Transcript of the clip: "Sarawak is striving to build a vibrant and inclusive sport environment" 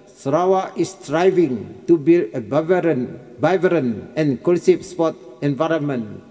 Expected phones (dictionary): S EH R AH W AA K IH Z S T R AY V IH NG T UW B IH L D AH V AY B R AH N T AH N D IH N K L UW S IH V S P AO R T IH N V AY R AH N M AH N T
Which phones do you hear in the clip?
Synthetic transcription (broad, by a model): S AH R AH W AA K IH S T R AY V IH NG T UW B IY L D AH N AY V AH T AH N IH N K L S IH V S P AO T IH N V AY R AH N M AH N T